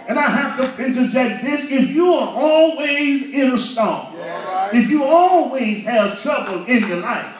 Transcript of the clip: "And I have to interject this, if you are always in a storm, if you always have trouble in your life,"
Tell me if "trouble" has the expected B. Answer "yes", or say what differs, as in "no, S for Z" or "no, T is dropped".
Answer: yes